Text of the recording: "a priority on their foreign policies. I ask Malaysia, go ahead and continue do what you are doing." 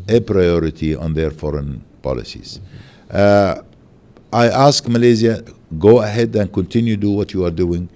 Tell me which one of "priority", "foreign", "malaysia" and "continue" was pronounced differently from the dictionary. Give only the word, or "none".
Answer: malaysia